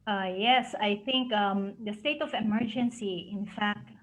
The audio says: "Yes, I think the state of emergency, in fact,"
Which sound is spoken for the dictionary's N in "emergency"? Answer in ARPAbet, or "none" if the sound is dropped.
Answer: N